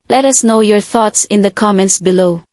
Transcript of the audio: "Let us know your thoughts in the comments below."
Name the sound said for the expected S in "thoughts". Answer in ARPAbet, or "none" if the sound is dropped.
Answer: S